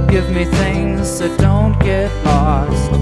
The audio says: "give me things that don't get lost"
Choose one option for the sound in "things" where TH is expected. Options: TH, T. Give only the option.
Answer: TH